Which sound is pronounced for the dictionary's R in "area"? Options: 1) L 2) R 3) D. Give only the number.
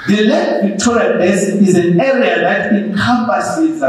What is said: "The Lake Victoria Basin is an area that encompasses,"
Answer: 2